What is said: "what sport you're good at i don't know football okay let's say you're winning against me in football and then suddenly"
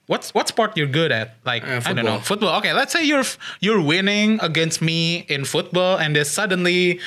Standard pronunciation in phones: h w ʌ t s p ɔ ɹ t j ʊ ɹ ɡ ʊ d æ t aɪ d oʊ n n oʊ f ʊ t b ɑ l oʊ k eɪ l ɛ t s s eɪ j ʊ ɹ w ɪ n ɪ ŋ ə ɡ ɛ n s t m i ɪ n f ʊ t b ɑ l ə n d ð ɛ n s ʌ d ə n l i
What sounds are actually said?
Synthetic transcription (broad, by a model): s w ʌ t s p ɔ ɹ t j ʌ ɹ ɡ ʊ d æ t aɪ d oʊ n n oʊ f ʊ t b ɑ l oʊ k eɪ l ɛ t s s eɪ j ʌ ɹ w ɪ n ɪ ŋ ə ɡ ɛ n s t m i ɪ n f ʊ t b ɑ l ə n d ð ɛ s ʌ d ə n l i